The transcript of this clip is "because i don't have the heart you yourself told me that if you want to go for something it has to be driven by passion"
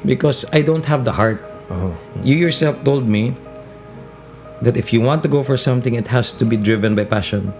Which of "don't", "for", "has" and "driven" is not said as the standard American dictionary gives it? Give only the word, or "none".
has